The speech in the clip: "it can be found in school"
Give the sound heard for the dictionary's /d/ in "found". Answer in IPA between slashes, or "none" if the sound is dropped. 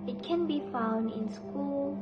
/d/